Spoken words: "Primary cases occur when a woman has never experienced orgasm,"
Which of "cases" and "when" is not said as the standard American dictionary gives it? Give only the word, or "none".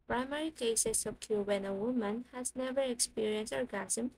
cases